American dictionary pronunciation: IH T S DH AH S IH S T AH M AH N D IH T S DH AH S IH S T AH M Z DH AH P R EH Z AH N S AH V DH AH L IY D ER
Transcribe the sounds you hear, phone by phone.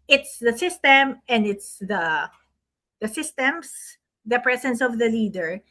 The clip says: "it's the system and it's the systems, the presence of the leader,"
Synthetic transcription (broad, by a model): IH T S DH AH S IH S T AH M AH N D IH T S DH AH S IH S T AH M S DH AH P R EH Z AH N S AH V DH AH L IY D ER